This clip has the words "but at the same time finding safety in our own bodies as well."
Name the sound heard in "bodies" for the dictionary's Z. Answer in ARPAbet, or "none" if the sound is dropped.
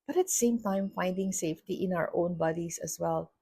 S